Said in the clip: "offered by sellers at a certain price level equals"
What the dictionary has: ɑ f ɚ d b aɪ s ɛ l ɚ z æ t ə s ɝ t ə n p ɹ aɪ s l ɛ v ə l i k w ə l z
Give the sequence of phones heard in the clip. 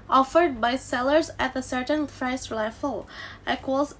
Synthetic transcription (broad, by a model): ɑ f ɚ d b aɪ s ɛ l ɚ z æ t ə s ɝ t ə n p ɹ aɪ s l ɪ f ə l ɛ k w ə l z